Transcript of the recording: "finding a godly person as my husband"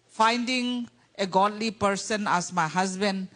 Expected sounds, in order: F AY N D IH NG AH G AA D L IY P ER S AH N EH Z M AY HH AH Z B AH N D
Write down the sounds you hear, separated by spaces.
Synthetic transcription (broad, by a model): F AY N D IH NG AH G AA D L IY P ER S AH N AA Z M AY HH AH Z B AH N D